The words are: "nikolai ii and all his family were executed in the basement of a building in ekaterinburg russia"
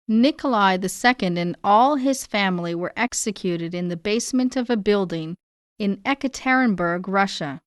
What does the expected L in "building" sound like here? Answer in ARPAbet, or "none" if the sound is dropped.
L